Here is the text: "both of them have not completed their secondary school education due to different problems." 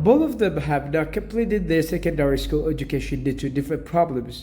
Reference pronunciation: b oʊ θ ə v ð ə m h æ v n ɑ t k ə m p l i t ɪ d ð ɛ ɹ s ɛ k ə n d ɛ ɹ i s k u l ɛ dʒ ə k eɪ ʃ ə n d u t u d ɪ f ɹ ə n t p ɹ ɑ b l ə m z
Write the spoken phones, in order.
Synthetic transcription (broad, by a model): b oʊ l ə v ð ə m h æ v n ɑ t k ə m p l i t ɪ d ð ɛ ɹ s ɛ k ə n d ɛ ɹ i s k u l ɛ dʒ ə k eɪ ʃ ə n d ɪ t u d ɪ f ɹ ə n t p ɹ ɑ b l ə m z